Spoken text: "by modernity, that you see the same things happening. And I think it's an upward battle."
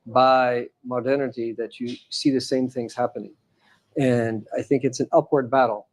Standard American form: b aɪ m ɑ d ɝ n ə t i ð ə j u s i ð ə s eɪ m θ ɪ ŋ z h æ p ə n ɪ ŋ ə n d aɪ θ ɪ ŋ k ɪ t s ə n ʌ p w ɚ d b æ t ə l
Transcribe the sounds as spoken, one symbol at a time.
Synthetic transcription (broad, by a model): b aɪ m ɑ d ɝ n ə t i ð ə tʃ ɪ s i ð ə s eɪ m θ ɪ ŋ z h æ p ə n ɪ ŋ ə n aɪ θ ɪ ŋ k ɪ t s n ʌ p w ɚ d b æ t l